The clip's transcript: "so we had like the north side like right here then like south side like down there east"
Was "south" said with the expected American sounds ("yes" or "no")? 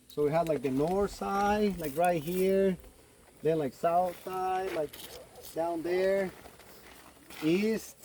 yes